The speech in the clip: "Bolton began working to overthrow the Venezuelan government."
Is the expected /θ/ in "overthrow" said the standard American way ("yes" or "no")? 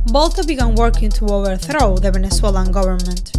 yes